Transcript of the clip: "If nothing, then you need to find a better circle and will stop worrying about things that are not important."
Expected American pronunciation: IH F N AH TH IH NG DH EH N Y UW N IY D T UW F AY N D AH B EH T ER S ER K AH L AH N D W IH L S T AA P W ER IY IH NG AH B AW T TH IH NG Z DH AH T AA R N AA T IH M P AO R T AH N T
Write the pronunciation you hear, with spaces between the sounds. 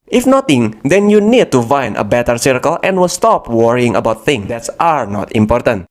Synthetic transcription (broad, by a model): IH F N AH T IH NG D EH N Y UW N IY D T UW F AY N AH B EH T ER S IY K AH L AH N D W IH L S T AA P W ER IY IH NG AH B AW T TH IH NG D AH T AA R N AA T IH M P AO R T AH N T